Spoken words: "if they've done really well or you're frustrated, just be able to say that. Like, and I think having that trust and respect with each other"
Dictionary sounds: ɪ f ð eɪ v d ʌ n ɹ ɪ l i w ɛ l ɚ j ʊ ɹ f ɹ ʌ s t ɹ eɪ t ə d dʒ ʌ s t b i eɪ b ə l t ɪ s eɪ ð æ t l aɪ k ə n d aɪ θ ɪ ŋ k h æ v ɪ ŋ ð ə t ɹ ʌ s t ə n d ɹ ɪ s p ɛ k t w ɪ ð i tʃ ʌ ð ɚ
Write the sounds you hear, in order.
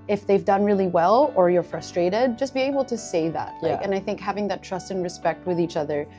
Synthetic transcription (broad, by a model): ɪ f ð eɪ v d ʌ n ɹ ɪ l i w ɛ l ɚ j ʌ ɹ f ɹ ʌ s t ɹ eɪ t ə d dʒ ʌ s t b i eɪ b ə l t ɪ s eɪ ð æ t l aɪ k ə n aɪ θ ɪ ŋ k h æ v ɪ ŋ ð ə t ɹ ʌ s t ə n ɹ ɪ s p ɛ k t w ɪ ð i tʃ ʌ ð ɚ